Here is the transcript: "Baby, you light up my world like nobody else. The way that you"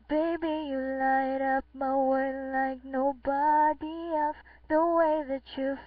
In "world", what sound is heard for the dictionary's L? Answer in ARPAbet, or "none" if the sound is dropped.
none